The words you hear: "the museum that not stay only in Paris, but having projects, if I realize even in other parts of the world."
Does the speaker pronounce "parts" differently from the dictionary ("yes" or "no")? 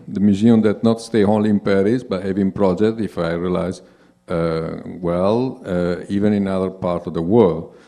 yes